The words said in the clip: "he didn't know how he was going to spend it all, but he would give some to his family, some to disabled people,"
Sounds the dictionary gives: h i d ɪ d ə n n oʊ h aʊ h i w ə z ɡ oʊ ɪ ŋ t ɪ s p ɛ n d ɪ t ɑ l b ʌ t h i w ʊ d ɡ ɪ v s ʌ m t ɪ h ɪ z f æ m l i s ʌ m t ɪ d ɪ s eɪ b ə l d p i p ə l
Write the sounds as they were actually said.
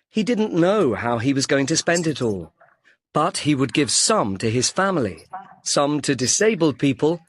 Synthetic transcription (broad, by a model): h i d ɪ d n n oʊ h aʊ i w ə z ɡ oʊ ɪ ŋ t ɪ s p ɛ n d ɪ t ɑ l b ʌ t h i w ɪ d ɡ ɪ v s ʌ m t ɪ ɪ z f æ m l i s ʌ m t ɪ d ɪ s eɪ b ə l d p i p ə l